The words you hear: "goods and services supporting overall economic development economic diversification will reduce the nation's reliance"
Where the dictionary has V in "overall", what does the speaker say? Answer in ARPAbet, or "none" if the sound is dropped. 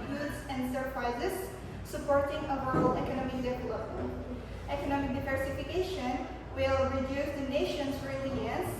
none